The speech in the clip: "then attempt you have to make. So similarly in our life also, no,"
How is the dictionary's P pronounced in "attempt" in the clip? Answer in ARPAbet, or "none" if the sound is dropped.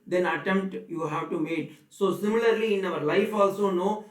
P